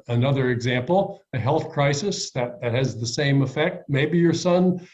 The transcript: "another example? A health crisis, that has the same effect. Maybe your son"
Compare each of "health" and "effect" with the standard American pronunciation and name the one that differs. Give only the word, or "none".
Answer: none